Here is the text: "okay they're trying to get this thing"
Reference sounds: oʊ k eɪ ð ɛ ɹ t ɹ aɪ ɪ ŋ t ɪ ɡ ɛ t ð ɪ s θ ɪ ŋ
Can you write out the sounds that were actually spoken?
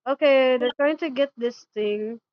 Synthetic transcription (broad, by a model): oʊ k eɪ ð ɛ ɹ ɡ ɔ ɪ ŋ t ɪ ɡ ɛ t ð ɪ s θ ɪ ŋ